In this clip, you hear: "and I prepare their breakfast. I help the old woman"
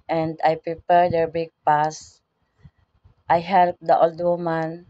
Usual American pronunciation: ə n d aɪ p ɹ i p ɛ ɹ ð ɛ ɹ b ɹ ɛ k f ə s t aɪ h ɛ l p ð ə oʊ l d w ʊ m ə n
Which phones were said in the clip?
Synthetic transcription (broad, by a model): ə n d aɪ p ɹ i p ɛ ɹ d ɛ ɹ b ɪ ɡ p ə s t aɪ h ɛ l p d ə oʊ l d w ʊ m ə n